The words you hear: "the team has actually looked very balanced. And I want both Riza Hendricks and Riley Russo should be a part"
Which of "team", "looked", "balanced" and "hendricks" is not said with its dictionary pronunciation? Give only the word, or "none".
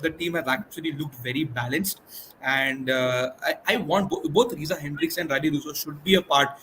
none